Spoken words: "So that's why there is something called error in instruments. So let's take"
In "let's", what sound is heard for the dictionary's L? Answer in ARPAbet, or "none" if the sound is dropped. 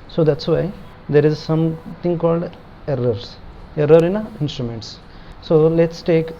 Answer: L